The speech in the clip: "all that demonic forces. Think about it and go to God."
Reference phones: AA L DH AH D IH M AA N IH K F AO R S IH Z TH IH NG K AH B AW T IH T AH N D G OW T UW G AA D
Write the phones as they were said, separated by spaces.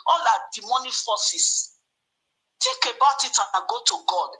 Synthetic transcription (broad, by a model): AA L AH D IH M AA N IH F AO S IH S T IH K AH B AW T IH T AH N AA G OW T UW G AA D